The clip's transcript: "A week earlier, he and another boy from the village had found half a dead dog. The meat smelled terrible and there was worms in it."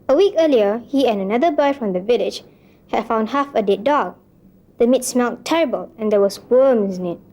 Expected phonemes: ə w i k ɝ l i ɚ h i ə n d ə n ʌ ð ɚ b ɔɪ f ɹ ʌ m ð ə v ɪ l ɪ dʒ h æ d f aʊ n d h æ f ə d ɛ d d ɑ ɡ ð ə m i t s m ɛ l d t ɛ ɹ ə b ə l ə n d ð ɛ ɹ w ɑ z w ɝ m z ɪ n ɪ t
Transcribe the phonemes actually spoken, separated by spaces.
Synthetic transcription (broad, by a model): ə w i k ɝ l i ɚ h i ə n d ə n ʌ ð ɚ b ɔɪ f ɹ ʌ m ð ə v ɪ l ɪ dʒ h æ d f aʊ n d h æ f ə d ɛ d d ɑ ɡ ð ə m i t s m ɛ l t ɛ ɹ ə b ə l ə n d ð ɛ w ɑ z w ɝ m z ɪ n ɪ t